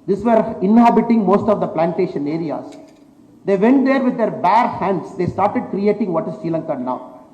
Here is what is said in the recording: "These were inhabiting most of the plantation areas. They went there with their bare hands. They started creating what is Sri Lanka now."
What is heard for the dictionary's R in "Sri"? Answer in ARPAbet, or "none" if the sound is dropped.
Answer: none